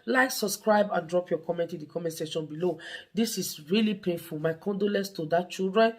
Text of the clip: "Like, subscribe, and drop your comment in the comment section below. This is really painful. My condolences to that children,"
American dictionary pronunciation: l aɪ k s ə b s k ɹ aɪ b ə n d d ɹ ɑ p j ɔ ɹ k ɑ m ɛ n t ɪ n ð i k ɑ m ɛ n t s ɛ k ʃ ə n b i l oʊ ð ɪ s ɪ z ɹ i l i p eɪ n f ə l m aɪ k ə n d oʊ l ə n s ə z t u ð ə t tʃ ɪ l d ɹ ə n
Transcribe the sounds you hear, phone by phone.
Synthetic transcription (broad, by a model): l aɪ k s ə b s k ɹ aɪ b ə n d d ɹ ɑ p j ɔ k ɑ m ɛ n t ɪ n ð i k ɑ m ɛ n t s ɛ ʃ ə n b i l oʊ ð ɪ s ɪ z ɹ i l i p eɪ n f ə l m aɪ k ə n d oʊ l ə n s t u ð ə t tʃ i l d ɹ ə n